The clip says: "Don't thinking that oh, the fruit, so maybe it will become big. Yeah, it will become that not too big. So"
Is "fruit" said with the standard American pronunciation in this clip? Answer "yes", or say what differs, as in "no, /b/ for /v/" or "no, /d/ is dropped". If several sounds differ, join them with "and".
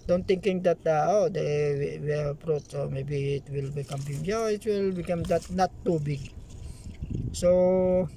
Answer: no, /p/ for /f/